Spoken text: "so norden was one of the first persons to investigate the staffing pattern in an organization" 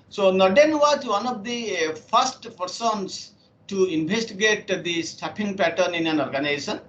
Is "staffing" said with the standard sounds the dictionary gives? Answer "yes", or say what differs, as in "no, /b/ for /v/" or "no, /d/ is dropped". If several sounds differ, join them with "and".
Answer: no, /p/ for /f/